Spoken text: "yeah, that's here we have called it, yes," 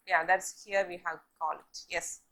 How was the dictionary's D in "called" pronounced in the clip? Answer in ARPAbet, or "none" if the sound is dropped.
none